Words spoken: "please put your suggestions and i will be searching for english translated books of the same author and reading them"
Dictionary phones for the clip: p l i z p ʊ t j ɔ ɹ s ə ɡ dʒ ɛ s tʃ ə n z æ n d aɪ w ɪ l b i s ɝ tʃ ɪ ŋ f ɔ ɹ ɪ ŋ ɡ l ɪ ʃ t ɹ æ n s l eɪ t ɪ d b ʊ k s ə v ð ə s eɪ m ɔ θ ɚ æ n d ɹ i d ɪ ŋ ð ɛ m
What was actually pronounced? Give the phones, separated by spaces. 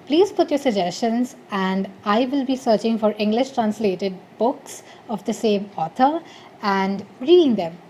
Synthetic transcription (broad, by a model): p l i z p ʊ t j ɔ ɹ s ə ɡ dʒ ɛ s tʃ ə n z æ n d aɪ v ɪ l b i s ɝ tʃ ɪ ŋ f ɔ ɹ ɪ ŋ ɡ l ɪ ʃ t ɹ æ n s l eɪ t ɪ d b ʊ k s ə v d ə s eɪ m ɔ t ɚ æ n d ɹ i d ɪ ŋ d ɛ m